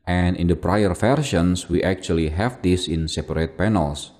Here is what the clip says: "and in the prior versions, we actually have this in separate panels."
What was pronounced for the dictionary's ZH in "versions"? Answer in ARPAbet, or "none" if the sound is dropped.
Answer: SH